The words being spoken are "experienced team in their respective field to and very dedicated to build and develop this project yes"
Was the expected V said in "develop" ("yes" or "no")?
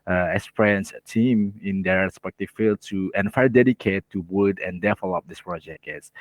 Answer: no